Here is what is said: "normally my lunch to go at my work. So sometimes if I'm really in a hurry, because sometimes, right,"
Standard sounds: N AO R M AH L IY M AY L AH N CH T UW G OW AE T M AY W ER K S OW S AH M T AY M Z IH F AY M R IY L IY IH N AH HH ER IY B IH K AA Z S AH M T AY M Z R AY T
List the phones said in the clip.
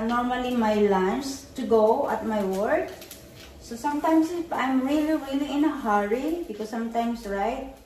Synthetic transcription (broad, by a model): N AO R M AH L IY M AY L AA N S T UW G OW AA T M AY W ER K S OW S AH M T AY M S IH P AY M R IY L IY IH N AH HH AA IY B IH K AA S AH M T AY M S R AY T